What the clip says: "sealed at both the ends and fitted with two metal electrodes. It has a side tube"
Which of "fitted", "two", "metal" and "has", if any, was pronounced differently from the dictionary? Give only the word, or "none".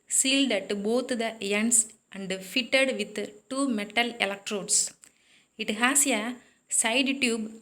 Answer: has